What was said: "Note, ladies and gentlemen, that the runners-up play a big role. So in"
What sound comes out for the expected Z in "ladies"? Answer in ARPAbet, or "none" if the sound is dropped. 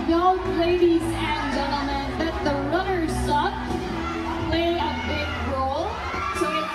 Z